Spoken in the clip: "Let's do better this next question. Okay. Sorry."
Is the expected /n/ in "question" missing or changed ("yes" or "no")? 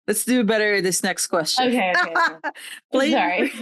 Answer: yes